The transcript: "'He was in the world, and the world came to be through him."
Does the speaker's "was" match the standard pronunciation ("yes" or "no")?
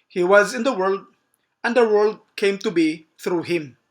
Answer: yes